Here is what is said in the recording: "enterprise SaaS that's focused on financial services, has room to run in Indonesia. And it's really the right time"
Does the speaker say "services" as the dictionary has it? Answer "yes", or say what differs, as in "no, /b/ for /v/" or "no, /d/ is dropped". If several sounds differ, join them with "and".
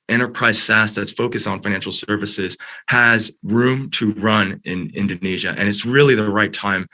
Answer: yes